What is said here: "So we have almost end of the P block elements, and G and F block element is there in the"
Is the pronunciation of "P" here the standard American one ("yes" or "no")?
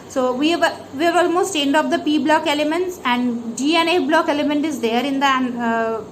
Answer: yes